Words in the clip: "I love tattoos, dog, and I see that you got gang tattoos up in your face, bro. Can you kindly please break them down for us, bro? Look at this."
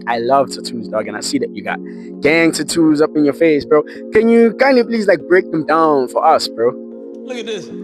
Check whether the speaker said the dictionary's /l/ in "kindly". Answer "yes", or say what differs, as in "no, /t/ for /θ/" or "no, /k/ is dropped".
no, /l/ is dropped